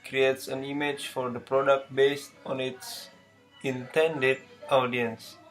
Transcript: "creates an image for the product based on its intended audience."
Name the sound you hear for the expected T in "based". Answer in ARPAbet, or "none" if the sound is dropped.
T